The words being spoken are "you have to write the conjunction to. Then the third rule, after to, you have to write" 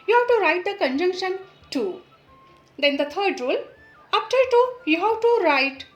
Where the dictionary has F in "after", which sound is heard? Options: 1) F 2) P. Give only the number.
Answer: 2